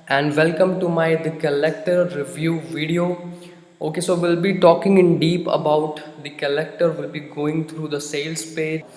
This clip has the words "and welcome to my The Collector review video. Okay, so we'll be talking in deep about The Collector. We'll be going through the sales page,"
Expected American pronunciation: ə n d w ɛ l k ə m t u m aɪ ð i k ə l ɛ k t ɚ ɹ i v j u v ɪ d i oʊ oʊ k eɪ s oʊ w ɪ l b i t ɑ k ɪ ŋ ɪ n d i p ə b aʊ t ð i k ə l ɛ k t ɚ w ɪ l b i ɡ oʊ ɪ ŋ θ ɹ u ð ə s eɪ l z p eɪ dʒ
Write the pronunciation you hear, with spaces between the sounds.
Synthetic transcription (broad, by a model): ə n d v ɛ l k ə m t u m aɪ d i k ə l ɛ k t ɚ ɹ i v j u v ɪ d i oʊ oʊ k eɪ s oʊ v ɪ l b i t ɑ k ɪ ŋ ɪ n d i p ə b aʊ t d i k ə l ɛ k t ɚ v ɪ l b i ɡ oʊ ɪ ŋ t ɹ u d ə s eɪ l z p eɪ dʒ